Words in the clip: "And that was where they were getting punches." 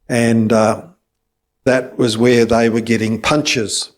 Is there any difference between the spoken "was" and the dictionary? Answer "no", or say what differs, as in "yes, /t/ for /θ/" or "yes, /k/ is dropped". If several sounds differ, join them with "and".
no